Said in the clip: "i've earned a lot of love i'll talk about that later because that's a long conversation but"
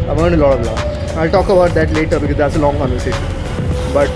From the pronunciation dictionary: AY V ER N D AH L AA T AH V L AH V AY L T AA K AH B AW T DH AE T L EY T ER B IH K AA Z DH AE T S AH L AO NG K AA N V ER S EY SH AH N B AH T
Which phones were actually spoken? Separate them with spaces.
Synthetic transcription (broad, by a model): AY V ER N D AH L AA T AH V L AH AY L T AA K AH B AW T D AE T L EY T ER B IH K AA Z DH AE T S AH L AO NG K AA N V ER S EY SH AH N B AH T